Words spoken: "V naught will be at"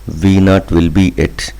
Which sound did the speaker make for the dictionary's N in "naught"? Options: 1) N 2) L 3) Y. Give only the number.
1